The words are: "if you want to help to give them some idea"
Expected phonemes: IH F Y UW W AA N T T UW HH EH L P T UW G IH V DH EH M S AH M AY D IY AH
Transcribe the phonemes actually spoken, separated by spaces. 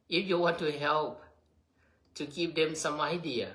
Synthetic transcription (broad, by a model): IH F Y UW W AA N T T UW HH EH L P T UW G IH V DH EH M S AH M AY D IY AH